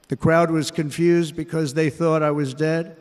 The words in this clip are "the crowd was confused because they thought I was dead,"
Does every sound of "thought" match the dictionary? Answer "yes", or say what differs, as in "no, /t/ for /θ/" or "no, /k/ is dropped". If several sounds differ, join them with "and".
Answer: yes